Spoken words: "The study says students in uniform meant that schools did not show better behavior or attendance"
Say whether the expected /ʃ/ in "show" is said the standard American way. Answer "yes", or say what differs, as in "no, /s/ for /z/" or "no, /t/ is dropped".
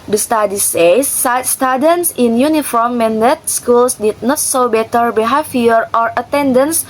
no, /s/ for /ʃ/